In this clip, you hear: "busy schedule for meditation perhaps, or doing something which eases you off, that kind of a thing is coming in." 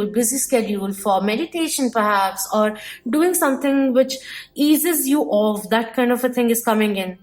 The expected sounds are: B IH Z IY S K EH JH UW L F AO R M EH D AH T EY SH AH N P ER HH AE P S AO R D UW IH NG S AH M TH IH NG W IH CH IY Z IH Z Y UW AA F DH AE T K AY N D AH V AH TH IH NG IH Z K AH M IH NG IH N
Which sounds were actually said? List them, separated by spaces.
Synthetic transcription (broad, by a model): B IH Z IY S K EH JH UW L F AO R M EH D AH T EY SH AH N P ER HH AE P S AO R D UW IH NG S AH M T IH NG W IH CH IY Z IH Z Y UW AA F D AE T K AY N D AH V AH T IH NG IH Z K AH M IH NG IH N